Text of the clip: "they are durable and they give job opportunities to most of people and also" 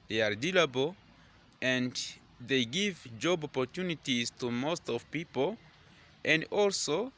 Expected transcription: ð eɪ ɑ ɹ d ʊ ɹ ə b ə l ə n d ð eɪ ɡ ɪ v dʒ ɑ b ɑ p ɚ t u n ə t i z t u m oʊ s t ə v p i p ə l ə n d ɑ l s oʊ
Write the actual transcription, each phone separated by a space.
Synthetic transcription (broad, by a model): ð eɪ ɑ ɹ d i l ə b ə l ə n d ð eɪ ɡ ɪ v dʒ ɑ b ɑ p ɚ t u n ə t i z t u m oʊ s t ə v p i p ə l ə n d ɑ l s oʊ